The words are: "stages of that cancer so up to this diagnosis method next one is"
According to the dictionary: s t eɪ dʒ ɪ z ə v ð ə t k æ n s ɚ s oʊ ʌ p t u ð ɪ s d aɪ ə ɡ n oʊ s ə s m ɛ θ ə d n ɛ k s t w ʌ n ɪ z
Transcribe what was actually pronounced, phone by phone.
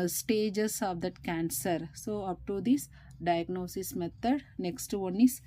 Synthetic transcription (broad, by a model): s t eɪ dʒ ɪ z ə v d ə t k æ n s ɚ s oʊ ʌ p t u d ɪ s d aɪ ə ɡ n oʊ s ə s m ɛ t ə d n ɛ k s t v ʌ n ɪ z